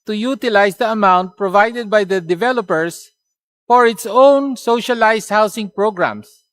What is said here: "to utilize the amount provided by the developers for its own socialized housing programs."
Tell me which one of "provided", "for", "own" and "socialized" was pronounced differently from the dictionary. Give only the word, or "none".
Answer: socialized